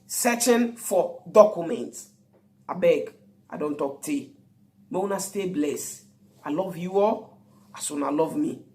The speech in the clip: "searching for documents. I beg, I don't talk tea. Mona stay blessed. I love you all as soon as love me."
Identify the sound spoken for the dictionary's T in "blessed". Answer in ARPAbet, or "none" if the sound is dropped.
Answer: none